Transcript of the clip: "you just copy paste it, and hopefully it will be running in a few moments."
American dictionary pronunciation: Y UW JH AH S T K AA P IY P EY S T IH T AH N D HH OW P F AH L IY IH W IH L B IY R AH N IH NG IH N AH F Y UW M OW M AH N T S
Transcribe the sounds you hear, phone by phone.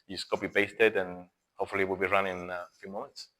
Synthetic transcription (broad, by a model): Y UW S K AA B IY B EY S T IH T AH N HH OW P F AH L IY W IH L B IY R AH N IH IH N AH F Y UW M OW M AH N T S